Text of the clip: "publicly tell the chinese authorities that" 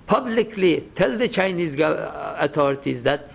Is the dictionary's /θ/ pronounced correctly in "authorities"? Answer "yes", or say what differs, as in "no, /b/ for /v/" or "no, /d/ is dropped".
no, /t/ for /θ/